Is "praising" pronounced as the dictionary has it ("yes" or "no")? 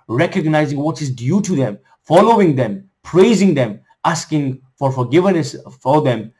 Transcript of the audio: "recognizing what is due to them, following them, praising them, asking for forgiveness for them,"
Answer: yes